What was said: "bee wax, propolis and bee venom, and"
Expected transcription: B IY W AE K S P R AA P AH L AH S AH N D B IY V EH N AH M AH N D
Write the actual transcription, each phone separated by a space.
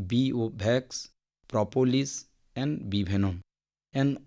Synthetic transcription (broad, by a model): B IY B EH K S P R AA P AH L AH S AH N D B IY B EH N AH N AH N